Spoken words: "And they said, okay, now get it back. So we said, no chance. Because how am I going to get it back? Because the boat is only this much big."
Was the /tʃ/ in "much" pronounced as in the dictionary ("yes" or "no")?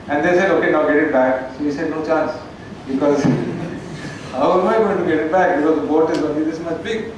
no